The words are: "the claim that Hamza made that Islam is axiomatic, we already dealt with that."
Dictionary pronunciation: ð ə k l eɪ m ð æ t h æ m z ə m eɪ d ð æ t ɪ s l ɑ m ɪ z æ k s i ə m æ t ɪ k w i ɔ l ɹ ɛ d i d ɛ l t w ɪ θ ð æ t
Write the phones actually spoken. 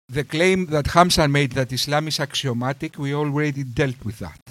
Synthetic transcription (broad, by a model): ð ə k l eɪ m ð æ t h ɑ m s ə m eɪ d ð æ t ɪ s l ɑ m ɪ s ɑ k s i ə m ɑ t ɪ k w i ɔ l ɹ ɛ d i d ɛ l t w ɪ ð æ t